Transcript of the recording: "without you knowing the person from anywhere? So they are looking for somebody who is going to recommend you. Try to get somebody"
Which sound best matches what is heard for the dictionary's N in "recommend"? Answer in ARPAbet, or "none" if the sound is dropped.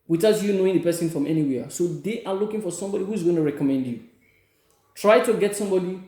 N